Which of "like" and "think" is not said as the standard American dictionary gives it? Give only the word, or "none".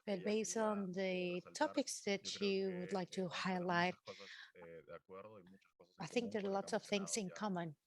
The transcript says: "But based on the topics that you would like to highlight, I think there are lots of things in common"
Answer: none